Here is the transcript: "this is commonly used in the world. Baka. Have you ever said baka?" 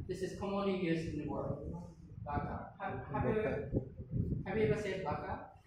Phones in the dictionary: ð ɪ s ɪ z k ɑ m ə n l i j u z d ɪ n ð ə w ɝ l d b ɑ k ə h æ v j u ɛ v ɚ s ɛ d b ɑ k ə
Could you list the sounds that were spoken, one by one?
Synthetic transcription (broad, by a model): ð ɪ s ɪ z k ɑ m ə n l i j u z ɪ n ð ə w ɝ l d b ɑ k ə h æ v j u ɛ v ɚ s ɛ d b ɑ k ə